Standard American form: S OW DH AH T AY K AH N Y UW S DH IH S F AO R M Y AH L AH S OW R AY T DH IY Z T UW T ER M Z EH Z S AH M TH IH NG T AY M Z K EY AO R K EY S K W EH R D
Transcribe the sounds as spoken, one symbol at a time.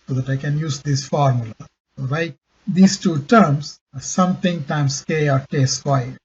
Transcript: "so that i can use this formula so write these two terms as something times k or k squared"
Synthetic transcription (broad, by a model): S OW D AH T AY K AH N Y UW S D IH S F AO R M Y AH L AH S OW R AY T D IY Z T UW T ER M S S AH M T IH NG T AY M S K EY AO R K EY S K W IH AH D